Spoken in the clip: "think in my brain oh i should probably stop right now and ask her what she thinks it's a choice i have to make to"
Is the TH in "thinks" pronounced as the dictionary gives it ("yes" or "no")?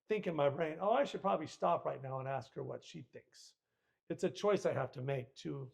yes